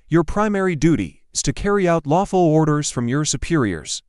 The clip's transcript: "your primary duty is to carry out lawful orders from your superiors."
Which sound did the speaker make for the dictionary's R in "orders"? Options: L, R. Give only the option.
R